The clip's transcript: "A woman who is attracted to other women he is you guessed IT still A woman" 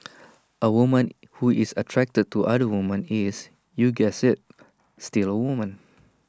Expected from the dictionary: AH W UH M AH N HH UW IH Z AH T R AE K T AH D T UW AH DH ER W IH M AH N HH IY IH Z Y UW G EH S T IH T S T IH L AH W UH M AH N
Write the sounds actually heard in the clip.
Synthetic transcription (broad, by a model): AH W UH M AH N HH UW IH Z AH T R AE K T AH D T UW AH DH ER W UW M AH N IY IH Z Y UW G EH S IH T S T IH L AH W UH M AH N